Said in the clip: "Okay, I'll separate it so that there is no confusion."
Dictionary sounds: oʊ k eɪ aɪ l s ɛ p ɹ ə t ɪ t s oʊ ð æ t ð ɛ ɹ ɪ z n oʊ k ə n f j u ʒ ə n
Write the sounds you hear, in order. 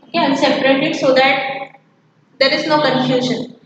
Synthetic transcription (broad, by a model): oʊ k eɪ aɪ n s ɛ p ɹ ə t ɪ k s oʊ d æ t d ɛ ɹ ɪ z n oʊ k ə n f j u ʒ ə n